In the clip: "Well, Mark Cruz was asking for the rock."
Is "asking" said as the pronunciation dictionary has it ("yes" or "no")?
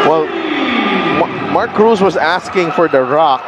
yes